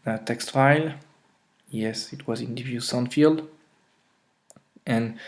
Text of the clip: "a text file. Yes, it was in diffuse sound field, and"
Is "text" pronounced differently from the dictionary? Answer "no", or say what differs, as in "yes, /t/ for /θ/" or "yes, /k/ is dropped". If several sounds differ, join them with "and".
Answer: no